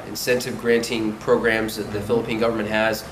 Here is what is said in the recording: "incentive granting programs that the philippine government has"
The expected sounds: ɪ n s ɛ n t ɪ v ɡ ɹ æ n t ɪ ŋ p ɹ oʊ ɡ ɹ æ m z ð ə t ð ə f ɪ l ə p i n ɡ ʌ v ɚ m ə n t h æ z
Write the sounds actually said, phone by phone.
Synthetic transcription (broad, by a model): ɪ n s ɛ n t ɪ v ɡ ɹ æ n t ɪ ŋ p ɹ oʊ ɡ ɹ æ m z ð ə t ð ə f ɪ l ə p i n ɡ ʌ v ɚ m ə n t h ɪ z